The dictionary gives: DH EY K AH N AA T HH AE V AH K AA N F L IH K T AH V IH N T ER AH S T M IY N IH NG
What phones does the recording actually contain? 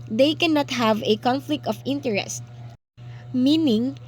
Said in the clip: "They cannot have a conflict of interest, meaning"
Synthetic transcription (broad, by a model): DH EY K AH N AA T HH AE V AH K AA N F L IH K T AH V IH N T ER AH S T M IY N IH NG